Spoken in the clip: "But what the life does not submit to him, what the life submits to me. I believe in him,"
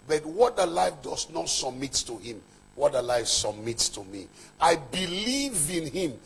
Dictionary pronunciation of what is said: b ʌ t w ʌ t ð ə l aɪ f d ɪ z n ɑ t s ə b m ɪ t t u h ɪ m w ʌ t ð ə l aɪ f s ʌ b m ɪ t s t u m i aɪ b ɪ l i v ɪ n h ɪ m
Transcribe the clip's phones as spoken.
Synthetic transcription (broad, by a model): b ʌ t w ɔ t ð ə l aɪ f d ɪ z n ɑ t s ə b m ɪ t t u h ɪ m w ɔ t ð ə l aɪ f s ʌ b m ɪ t s t u m i aɪ b ɪ l i v ɪ n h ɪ m